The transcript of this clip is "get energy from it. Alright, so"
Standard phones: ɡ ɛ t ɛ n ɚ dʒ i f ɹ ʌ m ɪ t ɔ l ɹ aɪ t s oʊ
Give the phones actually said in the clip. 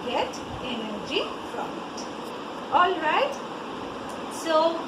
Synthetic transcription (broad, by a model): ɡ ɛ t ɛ n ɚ dʒ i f ɹ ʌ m ɪ t ɔ l ɹ aɪ t s oʊ